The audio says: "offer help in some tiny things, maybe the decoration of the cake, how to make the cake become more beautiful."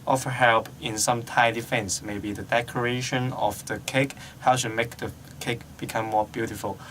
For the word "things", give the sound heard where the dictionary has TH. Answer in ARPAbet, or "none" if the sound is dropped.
F